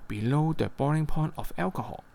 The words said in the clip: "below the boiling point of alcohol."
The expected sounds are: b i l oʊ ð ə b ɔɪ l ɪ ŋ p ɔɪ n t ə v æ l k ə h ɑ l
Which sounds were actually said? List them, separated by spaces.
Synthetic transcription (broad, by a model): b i l oʊ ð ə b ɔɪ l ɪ ŋ p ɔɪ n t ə f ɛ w k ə h ɑ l